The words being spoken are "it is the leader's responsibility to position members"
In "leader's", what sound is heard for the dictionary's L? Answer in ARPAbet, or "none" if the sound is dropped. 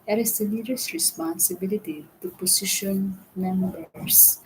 N